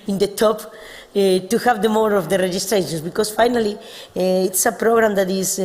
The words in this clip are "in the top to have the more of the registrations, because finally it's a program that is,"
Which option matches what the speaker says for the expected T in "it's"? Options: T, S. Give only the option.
T